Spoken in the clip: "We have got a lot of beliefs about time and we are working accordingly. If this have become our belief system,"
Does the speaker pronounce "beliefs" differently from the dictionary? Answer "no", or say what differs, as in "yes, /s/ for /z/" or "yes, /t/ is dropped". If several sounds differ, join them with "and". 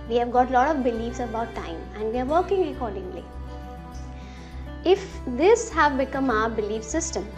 no